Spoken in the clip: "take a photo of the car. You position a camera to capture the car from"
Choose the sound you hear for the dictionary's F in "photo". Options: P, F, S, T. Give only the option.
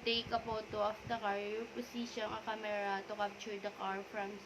P